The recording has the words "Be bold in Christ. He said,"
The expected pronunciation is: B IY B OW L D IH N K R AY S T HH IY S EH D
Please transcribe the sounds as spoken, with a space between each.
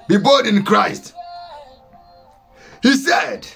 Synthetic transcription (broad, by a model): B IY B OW D IH N K R AY S T HH IY S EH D